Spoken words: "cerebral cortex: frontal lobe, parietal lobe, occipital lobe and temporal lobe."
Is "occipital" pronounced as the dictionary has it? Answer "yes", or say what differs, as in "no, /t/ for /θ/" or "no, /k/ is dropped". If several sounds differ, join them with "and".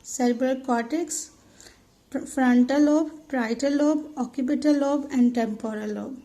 no, /s/ is dropped